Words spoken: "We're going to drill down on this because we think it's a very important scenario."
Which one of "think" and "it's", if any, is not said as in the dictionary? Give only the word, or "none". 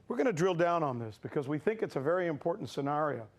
none